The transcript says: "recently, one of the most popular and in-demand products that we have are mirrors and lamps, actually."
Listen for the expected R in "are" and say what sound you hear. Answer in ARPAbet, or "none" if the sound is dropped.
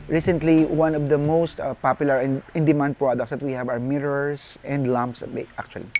W